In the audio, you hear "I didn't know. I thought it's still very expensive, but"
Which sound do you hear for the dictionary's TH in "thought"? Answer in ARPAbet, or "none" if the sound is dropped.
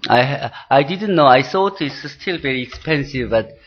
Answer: S